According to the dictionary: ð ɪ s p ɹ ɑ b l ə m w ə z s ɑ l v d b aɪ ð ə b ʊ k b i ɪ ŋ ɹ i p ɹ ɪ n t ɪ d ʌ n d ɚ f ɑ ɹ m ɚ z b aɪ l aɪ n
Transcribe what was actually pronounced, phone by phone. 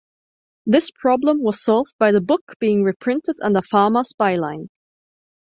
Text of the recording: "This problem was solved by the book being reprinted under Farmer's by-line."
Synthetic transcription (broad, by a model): ð ɪ s p ɹ ɑ b l ə m w ə z s ɑ l v d b aɪ ð ə b ʊ k b i ɪ ŋ ɹ i p ɹ ɪ n t ɪ d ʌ n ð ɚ f ɑ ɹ m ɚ s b aɪ l aɪ n